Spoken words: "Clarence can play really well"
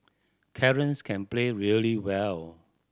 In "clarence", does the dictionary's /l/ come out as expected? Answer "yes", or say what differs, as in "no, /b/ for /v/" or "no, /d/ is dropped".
no, /l/ is dropped